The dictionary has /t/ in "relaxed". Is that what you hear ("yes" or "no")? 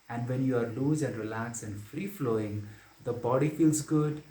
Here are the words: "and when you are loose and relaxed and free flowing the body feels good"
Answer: no